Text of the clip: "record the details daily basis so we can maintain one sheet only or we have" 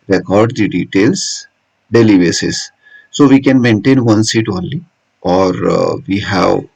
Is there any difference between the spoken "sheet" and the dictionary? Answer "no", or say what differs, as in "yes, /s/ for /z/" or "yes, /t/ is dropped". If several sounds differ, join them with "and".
yes, /s/ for /ʃ/